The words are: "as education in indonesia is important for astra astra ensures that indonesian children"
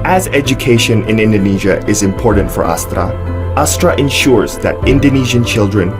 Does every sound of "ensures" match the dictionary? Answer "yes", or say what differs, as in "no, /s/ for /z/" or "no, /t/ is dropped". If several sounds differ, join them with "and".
yes